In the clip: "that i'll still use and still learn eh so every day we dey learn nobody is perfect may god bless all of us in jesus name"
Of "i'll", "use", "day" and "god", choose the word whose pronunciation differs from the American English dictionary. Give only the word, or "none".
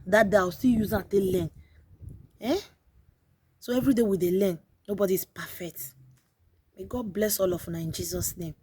i'll